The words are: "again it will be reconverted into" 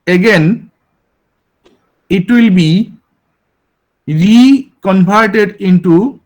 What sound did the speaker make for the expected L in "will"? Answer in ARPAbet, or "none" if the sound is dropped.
L